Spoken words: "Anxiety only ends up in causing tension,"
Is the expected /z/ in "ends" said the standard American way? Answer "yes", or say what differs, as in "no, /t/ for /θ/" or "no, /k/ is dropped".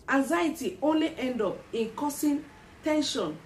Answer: no, /z/ is dropped